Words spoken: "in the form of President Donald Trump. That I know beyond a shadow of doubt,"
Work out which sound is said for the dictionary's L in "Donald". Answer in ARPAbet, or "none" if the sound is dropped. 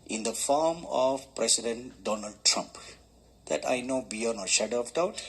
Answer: L